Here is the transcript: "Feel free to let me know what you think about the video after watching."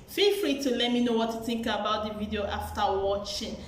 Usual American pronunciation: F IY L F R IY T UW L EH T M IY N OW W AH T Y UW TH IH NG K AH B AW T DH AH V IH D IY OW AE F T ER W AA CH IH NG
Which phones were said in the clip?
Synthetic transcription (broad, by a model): F IY L F R IY T UW L EH T M IY N OW W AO T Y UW TH IH NG K AH B AW T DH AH V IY D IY OW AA F T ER W AA CH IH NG